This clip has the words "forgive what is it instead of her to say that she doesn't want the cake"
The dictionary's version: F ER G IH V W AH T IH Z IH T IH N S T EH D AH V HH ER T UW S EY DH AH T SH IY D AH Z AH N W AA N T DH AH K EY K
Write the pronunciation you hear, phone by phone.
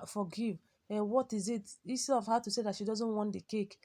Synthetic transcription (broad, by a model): F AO G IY V W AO T IH Z IH T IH S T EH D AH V HH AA T UW S EY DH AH T SH IY D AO Z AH N W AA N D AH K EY K